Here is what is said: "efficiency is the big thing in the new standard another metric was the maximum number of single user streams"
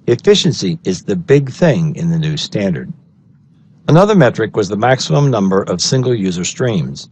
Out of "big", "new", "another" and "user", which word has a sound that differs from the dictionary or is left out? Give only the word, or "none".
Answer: none